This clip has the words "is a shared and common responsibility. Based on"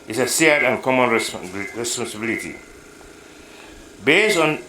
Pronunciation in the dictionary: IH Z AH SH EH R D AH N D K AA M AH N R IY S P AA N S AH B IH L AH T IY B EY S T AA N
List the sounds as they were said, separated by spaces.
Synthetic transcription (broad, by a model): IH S AH S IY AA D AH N K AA M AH N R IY S P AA N S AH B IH L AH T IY B EY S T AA N